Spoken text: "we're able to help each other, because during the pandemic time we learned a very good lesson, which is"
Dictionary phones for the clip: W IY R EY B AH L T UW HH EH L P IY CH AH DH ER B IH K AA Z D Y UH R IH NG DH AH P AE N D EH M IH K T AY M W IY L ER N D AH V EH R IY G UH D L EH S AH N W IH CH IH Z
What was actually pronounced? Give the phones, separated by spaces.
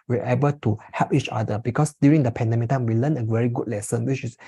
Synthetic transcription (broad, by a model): W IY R EY B AH L T UW HH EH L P IY CH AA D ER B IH K AA S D Y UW R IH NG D AH P AE N D EH M IH K T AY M W IY L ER N AH V EH R IY G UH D L EH S AH N W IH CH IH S